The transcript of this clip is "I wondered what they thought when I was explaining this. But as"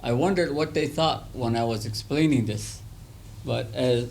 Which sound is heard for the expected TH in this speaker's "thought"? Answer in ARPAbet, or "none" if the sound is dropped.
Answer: TH